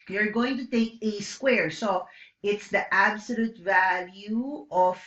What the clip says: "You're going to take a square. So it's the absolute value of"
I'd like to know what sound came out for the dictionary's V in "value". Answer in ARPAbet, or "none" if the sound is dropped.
V